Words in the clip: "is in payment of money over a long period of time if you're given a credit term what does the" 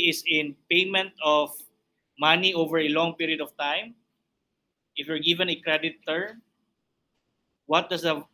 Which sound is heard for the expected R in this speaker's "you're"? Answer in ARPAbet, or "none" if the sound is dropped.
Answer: R